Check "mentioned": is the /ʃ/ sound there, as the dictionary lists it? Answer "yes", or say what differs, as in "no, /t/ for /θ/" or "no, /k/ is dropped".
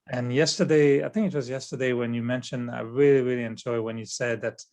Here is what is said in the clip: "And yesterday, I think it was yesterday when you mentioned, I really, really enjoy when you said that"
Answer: yes